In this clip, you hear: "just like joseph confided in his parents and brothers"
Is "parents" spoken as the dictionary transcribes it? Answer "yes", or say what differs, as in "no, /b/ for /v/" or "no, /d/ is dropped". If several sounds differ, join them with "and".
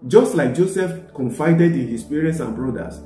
no, /n/ is dropped